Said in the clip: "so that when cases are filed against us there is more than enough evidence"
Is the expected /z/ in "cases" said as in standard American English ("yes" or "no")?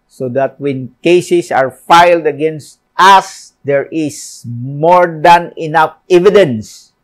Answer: no